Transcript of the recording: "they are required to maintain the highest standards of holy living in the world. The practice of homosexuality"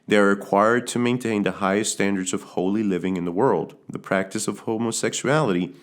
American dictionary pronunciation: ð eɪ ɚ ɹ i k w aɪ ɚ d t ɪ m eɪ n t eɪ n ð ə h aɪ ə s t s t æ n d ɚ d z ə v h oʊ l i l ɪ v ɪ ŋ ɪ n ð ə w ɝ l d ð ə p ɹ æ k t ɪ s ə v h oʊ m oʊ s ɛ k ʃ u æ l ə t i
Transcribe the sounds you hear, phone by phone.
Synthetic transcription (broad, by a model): ð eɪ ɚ ɹ i k w aɪ ɚ d t ɪ m eɪ n t eɪ n ð ə h aɪ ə s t s t æ n d ɚ d z ə v h oʊ l i l ɪ v ɪ ŋ ɪ n ð ə w ɝ l d ð ə p ɹ æ k t ɪ s ə v h oʊ m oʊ s ɛ k ʃ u æ l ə t i